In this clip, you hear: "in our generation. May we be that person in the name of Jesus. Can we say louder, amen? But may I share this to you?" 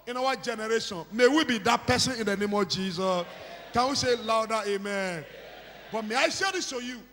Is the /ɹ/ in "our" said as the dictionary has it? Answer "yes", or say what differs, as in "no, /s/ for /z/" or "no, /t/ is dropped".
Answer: no, /w/ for /ɹ/